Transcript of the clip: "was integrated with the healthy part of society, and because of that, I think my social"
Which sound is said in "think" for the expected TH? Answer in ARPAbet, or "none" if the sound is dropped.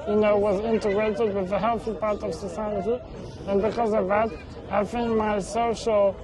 F